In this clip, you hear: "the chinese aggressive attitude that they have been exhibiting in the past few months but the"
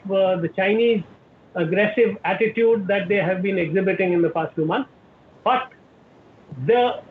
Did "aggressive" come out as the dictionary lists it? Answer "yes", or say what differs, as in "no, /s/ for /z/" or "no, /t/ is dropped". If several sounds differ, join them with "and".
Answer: yes